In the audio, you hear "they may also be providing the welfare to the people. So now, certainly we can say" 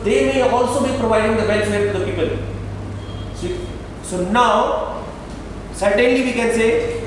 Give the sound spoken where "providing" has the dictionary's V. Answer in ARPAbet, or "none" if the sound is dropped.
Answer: V